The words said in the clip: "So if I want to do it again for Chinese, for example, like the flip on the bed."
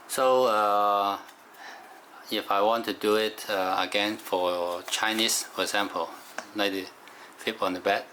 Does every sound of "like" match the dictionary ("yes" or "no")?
no